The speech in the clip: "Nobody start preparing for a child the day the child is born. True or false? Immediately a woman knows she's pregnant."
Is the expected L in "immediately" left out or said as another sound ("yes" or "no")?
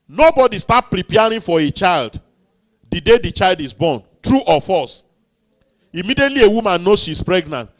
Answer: no